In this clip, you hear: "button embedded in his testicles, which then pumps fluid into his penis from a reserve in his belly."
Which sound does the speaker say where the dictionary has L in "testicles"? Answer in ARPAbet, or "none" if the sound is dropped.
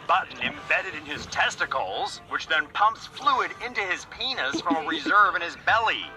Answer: L